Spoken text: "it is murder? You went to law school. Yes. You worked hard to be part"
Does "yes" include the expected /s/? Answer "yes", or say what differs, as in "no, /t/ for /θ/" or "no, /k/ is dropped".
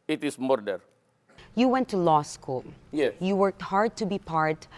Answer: no, /s/ is dropped